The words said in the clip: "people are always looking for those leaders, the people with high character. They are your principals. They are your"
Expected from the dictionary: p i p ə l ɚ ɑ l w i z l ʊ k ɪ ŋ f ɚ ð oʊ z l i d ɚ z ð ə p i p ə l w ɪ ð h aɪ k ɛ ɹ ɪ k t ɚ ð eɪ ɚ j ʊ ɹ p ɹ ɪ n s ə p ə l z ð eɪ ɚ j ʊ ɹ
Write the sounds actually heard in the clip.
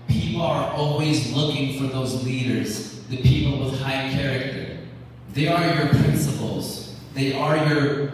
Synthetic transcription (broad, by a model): p i p l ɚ ɑ l w i z l ʊ k ɪ ŋ f ɚ ð oʊ z l i d ɚ z ð ə p i p l w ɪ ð h aɪ k ɛ ɹ ɪ k t ɚ ð eɪ ɚ j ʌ ɹ p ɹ ɪ n s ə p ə l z ð eɪ ɚ j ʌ ɹ